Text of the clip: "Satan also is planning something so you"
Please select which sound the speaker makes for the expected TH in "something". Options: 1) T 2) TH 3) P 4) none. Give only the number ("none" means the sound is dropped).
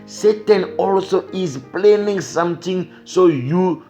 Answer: 1